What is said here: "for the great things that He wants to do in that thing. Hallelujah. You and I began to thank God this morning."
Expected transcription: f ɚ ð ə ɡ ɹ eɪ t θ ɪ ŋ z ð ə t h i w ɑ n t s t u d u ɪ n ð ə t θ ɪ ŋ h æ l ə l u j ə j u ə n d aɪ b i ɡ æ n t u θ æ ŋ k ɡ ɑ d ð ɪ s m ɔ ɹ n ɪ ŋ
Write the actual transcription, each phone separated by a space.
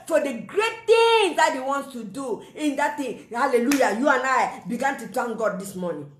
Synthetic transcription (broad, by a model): f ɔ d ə ɡ ɹ eɪ t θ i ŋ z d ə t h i w ɑ n t s t u d u ɪ n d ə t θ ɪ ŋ h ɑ l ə l u j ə j u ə n aɪ b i ɡ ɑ n t u t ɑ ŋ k ɡ ɑ d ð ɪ s m ɔ n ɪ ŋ